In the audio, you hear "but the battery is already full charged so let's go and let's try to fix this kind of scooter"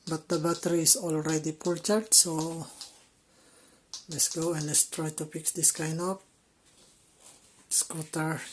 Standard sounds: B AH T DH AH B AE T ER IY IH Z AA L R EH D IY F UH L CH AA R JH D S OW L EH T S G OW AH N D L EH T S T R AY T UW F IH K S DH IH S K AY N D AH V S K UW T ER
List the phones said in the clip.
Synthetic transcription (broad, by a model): B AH T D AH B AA T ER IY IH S AA L R EH D IY P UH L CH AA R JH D S OW L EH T S G OW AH N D L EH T S T R AY T UW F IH K S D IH S K AY N D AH P S K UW T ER